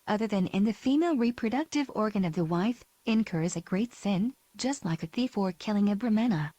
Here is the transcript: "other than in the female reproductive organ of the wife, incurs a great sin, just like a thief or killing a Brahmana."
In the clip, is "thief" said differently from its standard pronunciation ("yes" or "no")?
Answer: no